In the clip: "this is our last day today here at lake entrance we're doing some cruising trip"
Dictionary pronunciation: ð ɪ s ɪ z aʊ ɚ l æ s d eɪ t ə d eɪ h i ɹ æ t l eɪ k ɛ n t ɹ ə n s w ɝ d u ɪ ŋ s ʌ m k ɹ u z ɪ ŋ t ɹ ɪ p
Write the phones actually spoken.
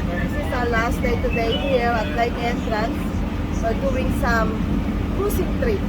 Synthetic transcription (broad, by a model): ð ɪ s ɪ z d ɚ l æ s d eɪ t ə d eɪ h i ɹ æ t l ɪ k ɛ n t ɹ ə n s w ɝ d u ɪ ŋ s ʌ m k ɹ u s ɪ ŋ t ɹ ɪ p